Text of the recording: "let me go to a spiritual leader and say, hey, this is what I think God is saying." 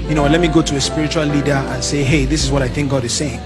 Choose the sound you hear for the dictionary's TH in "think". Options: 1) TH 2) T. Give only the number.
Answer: 1